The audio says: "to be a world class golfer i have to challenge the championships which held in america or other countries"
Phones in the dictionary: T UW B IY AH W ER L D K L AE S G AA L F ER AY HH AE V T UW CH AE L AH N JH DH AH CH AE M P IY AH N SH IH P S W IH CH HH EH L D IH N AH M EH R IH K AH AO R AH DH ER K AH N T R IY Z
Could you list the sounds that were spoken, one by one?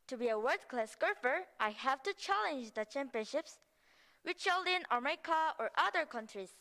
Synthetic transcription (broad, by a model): T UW B IY AH W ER D K L AE S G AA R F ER AY HH AE V T UW CH AE L AH N JH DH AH CH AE M P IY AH N SH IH P S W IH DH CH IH L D IH N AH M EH IH K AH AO R AH DH ER K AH N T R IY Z